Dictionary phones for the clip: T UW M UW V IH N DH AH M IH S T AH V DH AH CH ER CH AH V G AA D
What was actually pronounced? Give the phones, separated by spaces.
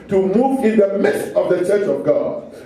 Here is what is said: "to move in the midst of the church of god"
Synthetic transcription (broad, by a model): T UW M UW V IH N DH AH M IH T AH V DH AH CH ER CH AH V G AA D